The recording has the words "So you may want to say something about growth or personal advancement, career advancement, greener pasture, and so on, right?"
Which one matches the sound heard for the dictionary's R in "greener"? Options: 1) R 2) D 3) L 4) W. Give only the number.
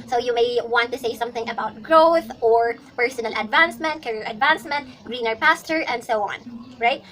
1